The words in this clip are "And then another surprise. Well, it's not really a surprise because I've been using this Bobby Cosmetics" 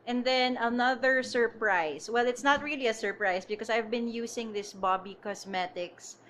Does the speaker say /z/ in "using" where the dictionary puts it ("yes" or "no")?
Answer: no